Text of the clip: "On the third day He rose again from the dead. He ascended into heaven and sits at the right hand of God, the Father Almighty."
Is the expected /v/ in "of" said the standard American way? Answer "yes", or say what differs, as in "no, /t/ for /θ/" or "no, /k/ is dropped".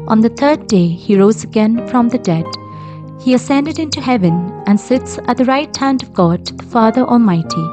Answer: yes